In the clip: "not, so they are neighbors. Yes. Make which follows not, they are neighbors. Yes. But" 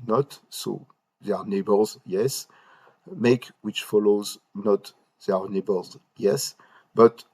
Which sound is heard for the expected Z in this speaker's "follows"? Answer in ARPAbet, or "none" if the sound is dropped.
Z